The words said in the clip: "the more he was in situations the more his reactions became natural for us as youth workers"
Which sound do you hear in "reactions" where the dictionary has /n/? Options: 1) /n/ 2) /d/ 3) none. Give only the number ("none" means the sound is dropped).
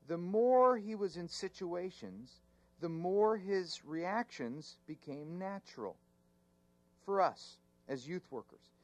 1